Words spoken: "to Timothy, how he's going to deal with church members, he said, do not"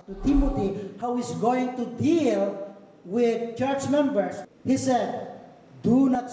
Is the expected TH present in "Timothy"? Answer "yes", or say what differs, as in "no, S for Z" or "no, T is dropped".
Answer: no, T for TH